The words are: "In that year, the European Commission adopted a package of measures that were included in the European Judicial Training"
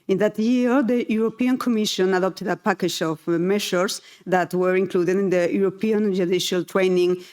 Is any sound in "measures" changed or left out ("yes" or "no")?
yes